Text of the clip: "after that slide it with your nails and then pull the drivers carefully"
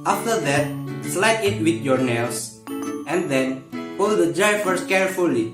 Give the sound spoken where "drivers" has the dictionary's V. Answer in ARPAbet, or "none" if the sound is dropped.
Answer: F